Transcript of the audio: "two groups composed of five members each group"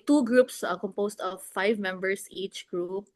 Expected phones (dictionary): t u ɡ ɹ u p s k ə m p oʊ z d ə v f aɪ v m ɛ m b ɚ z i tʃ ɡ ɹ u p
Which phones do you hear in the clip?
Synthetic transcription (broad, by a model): t u ɡ ɹ u p s k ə m p oʊ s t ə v f aɪ v m ɛ m b ɚ s i tʃ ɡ ɹ u p